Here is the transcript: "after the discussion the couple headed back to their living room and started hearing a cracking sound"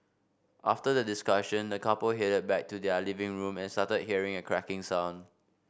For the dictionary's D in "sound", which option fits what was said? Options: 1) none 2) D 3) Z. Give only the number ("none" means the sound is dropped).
1